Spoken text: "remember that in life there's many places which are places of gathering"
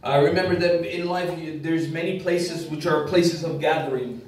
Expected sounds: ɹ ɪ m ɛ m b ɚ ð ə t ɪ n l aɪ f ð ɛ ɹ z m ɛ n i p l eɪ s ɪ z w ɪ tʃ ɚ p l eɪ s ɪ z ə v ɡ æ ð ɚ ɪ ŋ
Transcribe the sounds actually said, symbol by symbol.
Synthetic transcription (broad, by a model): ɹ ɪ m ɛ m b ɚ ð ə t ɪ n l aɪ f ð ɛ ɹ z m ɛ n i p l eɪ s ɪ z w ɪ tʃ ɚ p l eɪ s ɪ z ə v ɡ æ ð ɚ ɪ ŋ